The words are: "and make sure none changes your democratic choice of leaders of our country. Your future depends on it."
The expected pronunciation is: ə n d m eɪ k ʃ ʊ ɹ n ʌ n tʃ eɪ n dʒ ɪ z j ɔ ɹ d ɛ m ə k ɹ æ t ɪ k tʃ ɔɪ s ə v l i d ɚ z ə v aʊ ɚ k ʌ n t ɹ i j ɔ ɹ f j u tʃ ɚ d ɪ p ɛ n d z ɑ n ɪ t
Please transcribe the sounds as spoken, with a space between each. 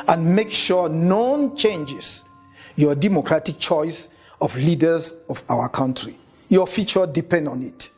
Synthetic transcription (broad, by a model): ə n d m eɪ k ʃ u n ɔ n tʃ eɪ n dʒ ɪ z j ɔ d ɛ m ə k ɹ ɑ t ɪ k tʃ ɔɪ s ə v l i d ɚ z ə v aʊ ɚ k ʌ n t ɹ i j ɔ f j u tʃ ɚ d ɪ p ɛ n d ɑ n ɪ t